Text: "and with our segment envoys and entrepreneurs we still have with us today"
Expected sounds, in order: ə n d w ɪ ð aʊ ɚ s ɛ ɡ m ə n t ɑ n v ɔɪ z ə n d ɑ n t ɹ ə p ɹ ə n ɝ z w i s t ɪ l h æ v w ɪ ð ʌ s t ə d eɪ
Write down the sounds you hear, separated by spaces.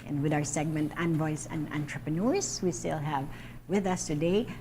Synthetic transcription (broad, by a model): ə n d w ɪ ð aʊ ɚ s ɛ ɡ m ə n t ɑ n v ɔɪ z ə n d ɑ n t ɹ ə p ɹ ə n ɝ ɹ w i s t ɪ l h æ v w ɪ ð ʌ s t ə d eɪ